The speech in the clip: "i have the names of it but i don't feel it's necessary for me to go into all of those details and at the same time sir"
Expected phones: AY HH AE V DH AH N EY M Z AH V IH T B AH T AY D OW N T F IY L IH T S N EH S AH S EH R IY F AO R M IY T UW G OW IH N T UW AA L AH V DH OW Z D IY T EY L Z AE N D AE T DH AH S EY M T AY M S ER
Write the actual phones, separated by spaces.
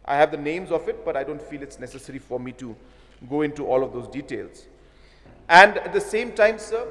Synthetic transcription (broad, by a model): AY HH AE V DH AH N EY M Z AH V IH T B AH T AY D OW N T F IY L IH T S N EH S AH S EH R IY F AO R M IY T UW G OW IH N T UW AA L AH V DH OW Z D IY T EY L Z AE N D AE T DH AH S EY M T AY M S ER